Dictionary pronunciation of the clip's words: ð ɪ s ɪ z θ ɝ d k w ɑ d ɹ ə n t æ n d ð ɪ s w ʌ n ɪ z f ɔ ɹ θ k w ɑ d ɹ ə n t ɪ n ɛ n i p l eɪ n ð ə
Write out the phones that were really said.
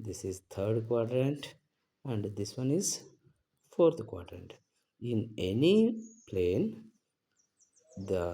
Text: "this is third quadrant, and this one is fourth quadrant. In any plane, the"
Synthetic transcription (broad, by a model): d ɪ s ɪ z t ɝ d k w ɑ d ɹ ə n t æ n d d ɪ s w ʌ n ɪ z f ɔ ɹ t k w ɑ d ɹ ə n t ɪ n ɛ n i p l eɪ n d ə